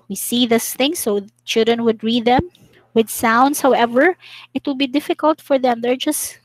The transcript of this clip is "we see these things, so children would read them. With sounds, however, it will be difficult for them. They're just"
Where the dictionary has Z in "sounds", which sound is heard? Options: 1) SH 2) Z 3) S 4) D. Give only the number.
3